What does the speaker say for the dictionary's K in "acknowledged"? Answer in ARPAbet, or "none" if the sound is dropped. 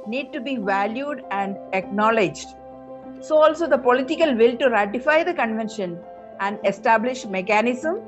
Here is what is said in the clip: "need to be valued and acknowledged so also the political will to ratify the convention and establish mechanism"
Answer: K